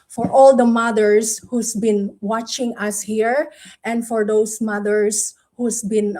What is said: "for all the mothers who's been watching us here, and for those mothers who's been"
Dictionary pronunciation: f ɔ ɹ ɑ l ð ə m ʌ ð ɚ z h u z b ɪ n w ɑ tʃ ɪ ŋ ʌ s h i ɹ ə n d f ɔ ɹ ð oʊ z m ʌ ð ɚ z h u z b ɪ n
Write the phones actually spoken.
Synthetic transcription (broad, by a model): f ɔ ɹ ɑ l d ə m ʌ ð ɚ s h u s b ɪ n w ɑ tʃ ɪ ŋ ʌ s h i ɹ ə n d f ɔ ɹ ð oʊ s m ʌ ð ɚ s h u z b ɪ n